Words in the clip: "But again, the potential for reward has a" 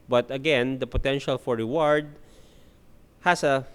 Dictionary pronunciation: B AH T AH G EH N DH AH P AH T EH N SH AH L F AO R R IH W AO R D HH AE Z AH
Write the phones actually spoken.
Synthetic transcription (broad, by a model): B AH T AH G EH N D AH P AH T EH N SH AH L F AO R R IH W AO R D HH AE S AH